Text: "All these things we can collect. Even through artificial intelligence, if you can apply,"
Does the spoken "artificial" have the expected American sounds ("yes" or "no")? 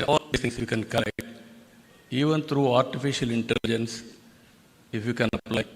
yes